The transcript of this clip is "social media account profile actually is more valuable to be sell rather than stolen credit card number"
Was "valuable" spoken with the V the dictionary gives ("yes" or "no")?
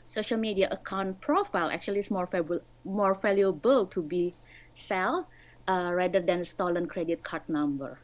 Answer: no